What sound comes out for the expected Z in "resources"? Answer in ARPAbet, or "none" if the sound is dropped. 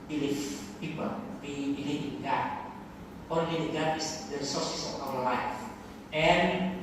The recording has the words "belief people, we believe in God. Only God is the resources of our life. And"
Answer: S